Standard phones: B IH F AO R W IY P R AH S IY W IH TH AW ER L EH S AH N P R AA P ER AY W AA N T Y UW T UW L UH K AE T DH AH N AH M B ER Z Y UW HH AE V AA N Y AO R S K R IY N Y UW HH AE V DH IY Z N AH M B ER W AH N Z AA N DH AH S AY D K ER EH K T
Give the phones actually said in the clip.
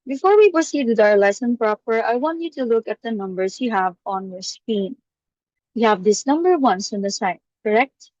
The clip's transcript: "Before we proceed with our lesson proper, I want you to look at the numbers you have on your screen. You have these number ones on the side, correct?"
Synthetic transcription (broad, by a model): B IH F AO R W IY P R AH S IY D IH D AW ER L EH S AH N P R AA P ER AY W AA N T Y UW T UW L UH K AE T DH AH N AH M B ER S Y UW HH AE V AA N Y AO R S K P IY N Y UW HH AE V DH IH S N AH M B ER W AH N S AA N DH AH S AY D K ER EH K T